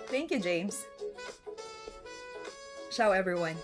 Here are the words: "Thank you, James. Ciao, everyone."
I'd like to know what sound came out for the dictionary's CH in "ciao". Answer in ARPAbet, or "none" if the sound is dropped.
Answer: SH